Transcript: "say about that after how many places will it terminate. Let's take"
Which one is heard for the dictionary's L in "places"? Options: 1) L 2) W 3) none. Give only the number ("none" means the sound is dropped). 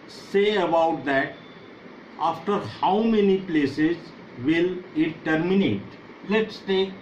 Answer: 1